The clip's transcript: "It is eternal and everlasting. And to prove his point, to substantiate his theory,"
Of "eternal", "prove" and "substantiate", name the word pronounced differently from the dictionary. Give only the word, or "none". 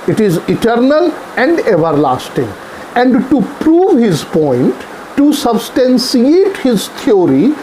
substantiate